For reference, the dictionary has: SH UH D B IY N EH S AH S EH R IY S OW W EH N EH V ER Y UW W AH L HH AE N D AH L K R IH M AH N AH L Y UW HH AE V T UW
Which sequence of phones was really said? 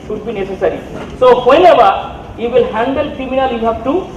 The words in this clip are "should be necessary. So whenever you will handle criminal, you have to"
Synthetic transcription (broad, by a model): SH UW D B IY N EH S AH S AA R IY S OW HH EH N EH B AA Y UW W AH L HH AE N D AH L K R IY M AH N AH L Y UW HH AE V T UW